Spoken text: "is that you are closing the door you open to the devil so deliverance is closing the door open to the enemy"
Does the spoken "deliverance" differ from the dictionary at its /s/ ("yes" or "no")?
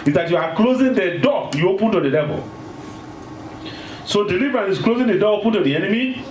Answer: yes